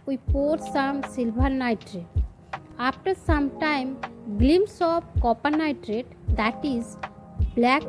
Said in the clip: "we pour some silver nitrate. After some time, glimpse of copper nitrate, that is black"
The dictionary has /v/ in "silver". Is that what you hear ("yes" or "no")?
no